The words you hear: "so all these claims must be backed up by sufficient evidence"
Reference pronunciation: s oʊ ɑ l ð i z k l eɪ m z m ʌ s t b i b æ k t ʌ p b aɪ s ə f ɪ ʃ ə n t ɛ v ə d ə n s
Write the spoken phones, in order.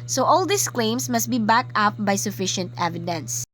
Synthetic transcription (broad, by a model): s oʊ ɑ l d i s k l eɪ m s m ʌ s t b i b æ k ʌ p b aɪ s ə f ɪ ʃ ə n t ɛ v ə d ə n s